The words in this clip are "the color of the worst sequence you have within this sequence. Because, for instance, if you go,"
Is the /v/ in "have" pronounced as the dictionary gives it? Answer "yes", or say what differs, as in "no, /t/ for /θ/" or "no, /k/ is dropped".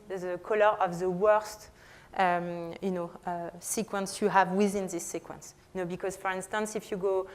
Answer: yes